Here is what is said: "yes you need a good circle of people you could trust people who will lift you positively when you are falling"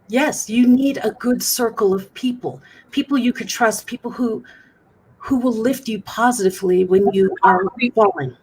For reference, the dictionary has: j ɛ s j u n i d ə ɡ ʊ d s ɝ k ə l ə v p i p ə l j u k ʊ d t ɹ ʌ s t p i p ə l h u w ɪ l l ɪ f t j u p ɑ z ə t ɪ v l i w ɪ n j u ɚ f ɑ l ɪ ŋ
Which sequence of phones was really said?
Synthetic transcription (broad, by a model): j ɛ s j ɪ n i d ə ɡ ʊ d s ɝ k l ə v p i p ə l j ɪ k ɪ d t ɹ ʌ s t p i p l h u w ɪ l l ɪ f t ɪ p ɑ z ə t ɪ v l i w ɪ n j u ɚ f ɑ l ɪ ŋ